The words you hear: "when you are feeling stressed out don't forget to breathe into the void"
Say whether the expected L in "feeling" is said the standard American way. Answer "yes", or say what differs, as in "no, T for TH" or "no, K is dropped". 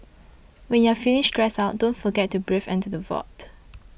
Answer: no, N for L